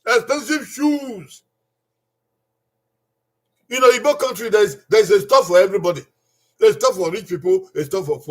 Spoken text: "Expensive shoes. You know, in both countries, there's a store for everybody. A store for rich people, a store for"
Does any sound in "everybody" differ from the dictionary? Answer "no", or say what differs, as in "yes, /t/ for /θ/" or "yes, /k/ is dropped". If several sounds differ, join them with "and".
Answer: no